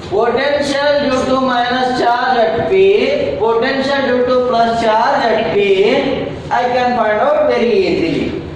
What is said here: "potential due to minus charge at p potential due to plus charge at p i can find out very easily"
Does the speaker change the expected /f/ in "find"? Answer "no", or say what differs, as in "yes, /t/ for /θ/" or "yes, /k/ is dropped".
yes, /p/ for /f/